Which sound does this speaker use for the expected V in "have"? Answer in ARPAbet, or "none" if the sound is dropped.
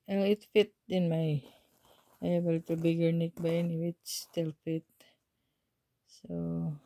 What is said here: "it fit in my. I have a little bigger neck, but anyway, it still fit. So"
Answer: B